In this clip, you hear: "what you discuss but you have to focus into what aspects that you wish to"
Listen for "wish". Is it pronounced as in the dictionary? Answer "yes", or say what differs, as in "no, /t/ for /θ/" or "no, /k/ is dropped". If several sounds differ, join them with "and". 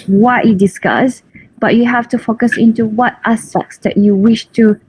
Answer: yes